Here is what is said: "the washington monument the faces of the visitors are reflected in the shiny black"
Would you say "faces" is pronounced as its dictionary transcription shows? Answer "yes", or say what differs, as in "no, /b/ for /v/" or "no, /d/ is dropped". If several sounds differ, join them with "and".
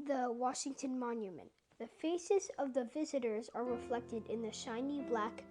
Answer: yes